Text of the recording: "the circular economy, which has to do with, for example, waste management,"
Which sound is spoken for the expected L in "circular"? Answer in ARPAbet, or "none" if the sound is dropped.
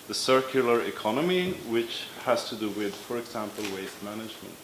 L